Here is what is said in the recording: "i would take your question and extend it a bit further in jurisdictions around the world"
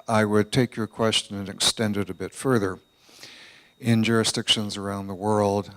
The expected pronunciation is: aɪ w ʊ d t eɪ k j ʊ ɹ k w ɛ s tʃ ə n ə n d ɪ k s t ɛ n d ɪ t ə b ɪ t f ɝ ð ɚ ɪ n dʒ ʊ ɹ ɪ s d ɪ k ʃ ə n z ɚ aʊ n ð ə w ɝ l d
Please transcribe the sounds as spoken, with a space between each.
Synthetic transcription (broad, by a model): aɪ w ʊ d t eɪ k j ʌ ɹ k w ɛ s tʃ ə n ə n ɪ k s t ɛ n d ɪ t ə b ɪ t f ɝ ð ɚ ɪ n dʒ ʊ ɹ ɪ s d ɪ k ʃ ə n z ɚ aʊ n ð ə w ɝ l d